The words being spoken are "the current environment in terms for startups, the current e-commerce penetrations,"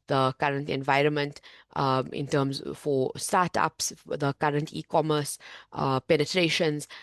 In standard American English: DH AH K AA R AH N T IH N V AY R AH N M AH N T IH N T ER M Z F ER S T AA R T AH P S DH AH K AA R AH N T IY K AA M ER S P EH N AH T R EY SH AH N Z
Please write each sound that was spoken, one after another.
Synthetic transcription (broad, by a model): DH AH K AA R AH N T IH N V AY R AH N M AH N T IH N T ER M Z F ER S T AA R T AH P S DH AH K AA R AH N T IY K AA M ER S P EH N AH T R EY SH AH N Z